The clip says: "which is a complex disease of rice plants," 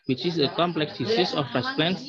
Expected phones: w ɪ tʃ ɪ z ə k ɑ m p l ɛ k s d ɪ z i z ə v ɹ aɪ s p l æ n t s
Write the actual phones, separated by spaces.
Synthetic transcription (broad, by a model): w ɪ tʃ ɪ s ə k ɑ m p l ɛ k s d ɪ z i s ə f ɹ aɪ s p l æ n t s